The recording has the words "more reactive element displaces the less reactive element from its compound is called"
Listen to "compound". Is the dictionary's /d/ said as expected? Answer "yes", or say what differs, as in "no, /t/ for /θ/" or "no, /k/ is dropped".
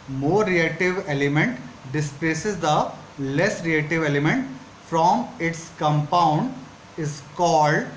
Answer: yes